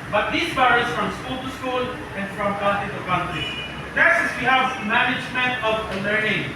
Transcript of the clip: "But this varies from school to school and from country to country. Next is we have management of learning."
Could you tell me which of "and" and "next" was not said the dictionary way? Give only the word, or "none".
next